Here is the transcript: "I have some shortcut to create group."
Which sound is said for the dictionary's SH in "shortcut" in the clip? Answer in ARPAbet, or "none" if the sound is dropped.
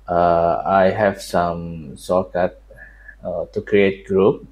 S